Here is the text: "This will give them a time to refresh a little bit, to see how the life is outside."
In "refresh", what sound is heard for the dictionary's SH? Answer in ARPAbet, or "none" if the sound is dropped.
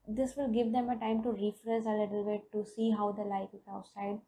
S